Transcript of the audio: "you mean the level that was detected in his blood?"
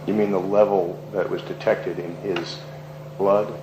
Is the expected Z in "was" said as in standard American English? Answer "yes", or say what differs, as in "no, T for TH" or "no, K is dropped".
yes